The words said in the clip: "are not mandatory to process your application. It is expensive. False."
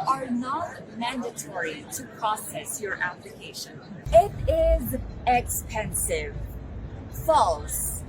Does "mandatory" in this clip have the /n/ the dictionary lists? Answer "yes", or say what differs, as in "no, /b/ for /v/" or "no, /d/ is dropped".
yes